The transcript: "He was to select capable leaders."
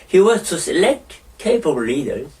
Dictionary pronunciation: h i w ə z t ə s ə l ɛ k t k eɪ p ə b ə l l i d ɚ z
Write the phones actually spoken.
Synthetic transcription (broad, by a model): h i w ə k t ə s ə l ɛ k t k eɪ ə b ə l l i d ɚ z